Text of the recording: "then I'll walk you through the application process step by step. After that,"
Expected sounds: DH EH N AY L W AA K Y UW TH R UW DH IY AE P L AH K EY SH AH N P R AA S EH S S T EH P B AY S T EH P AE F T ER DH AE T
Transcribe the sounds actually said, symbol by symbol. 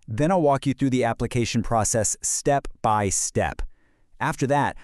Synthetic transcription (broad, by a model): DH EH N AY L W AA K Y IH TH R UW DH IY AE P L AH K EY SH AH N P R AA S EH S S T EH P B AY S T EH P AE F T ER DH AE T